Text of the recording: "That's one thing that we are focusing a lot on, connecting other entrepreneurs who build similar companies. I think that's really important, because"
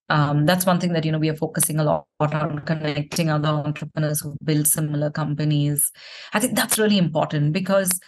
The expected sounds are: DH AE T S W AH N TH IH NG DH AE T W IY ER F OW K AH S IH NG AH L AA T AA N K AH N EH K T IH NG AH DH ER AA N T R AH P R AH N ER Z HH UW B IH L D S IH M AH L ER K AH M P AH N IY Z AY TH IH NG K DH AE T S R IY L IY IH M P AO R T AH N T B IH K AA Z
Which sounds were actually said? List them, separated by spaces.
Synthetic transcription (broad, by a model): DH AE T S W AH N T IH NG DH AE T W IY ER F OW K AH S IH NG AH L AA T AA N K AH N EH K T IH NG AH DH ER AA N T R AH P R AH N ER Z HH UW B IH L D S IH M AH L ER K AH M P AH N IY Z AY T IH NG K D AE T S R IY L IY IH M P AO R T AH N T B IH K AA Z